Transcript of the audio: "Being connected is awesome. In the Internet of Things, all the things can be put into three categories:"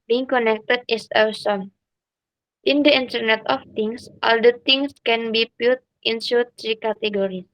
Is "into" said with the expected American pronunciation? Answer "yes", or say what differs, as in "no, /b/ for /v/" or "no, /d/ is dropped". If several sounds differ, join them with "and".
no, /s/ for /t/